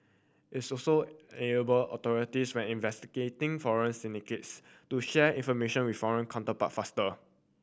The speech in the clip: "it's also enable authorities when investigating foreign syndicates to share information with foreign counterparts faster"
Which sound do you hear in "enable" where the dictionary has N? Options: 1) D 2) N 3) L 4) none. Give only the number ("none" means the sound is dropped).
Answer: 4